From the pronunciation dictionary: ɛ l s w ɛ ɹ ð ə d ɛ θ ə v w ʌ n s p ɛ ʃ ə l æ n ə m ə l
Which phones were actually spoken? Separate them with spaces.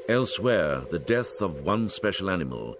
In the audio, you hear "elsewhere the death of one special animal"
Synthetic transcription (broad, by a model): ɛ l s w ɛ ɹ ð ə d ɛ θ ə v w ʌ n s p ɛ ʃ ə l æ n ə m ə l